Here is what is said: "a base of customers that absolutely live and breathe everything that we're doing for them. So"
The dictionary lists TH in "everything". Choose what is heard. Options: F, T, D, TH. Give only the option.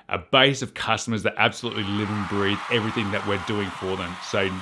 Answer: TH